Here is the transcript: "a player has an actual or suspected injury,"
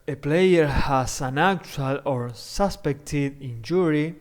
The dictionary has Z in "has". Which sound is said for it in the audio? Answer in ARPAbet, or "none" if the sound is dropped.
S